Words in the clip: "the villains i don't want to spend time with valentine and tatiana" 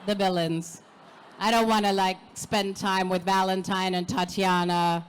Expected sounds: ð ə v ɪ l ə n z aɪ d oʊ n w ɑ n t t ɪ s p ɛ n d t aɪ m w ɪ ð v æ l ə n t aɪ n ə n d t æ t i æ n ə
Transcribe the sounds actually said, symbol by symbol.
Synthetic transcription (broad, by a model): ð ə v ɪ l ə n z aɪ d oʊ n w ɑ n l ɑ ɪ s p ɛ n t aɪ m w ɪ ð v æ l ə n t aɪ n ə n t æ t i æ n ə